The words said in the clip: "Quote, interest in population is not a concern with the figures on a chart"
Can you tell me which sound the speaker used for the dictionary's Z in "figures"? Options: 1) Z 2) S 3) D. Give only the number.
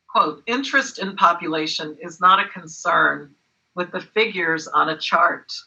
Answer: 1